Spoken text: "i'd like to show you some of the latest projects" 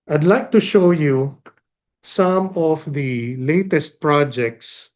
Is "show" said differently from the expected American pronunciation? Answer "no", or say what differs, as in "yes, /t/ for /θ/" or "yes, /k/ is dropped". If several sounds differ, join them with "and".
no